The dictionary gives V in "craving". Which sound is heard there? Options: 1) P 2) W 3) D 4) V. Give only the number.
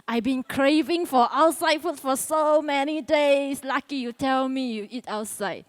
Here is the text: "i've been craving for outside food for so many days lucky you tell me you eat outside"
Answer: 4